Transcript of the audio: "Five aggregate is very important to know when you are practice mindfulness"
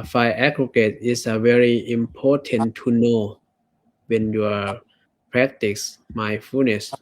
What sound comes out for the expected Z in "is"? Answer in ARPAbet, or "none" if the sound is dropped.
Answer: S